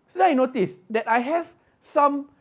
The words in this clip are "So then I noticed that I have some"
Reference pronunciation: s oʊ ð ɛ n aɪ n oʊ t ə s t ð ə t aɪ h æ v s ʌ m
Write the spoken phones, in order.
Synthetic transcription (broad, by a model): s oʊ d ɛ aɪ n oʊ t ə s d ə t aɪ h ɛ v s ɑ m